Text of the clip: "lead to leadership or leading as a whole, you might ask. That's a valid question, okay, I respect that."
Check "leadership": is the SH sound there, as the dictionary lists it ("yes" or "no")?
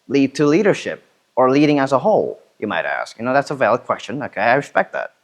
yes